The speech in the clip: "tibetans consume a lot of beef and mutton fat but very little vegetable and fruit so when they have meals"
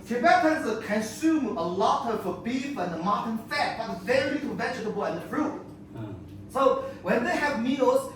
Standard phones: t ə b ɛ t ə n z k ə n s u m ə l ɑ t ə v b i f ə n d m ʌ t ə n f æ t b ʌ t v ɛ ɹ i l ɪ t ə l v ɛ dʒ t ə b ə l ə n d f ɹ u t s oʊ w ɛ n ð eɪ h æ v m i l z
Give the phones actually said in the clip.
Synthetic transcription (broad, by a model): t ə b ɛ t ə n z k ə n s u m ə l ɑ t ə f b i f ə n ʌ m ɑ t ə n f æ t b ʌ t v ɛ ɹ i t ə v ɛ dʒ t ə b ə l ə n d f ɹ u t s oʊ w ɛ n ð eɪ h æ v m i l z